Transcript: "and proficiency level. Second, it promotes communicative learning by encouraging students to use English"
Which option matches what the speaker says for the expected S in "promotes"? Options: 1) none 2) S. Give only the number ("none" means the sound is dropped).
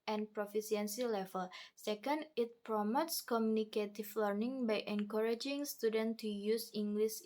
2